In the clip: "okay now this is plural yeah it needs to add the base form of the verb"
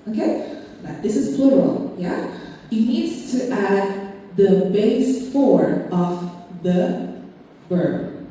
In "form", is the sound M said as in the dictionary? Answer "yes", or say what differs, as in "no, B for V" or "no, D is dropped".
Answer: no, M is dropped